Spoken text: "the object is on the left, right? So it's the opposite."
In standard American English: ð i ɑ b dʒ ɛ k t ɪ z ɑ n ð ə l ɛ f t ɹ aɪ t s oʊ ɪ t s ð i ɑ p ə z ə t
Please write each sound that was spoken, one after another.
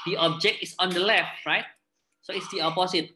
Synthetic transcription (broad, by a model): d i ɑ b dʒ ɛ k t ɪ s ɑ n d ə l ɛ f t ɹ aɪ t s oʊ ɪ t s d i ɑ p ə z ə t